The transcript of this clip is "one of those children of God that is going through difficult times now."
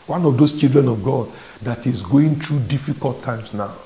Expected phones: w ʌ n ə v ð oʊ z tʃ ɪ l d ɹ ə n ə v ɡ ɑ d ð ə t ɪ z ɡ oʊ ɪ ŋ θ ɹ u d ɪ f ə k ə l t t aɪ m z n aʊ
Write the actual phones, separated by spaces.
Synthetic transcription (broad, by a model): w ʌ n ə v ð oʊ s tʃ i l d ɹ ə n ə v ɡ ɑ d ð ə t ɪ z ɡ oʊ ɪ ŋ t ɹ u d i f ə k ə l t t aɪ m s n aʊ